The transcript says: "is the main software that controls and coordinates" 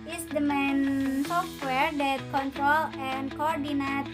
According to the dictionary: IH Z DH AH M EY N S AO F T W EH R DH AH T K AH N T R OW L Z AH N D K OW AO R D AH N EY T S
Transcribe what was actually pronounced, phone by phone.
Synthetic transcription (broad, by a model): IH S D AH M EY N S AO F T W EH R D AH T K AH N T R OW L AH N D K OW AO R D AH N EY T